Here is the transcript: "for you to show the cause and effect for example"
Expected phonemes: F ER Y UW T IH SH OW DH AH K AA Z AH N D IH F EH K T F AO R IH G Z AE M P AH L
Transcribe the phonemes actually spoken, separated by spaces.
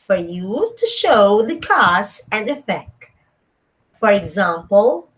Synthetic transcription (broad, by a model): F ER Y UW T IH SH OW DH AH K AA S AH N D IH F EH K T F AO R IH G Z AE M P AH L